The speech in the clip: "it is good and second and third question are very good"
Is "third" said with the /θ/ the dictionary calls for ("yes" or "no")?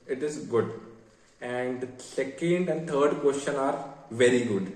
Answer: no